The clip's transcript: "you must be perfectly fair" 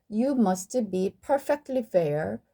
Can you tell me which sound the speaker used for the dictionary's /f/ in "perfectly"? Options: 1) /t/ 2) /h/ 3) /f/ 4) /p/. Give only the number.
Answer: 3